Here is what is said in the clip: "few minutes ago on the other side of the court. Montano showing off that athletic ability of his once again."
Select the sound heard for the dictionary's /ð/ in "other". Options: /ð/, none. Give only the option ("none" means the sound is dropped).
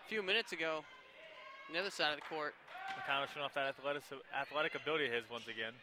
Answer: /ð/